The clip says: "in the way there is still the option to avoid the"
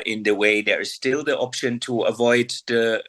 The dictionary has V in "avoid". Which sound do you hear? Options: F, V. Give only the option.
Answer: V